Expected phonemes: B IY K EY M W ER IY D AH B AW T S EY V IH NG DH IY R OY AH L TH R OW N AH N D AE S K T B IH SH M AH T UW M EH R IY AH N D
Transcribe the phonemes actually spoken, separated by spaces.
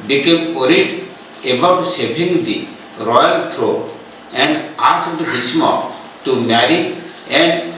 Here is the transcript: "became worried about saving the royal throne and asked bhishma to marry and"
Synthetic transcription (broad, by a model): B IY K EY M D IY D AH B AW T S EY B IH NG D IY R OY AH L T R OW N AH N D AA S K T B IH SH M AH T UW M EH R IY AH N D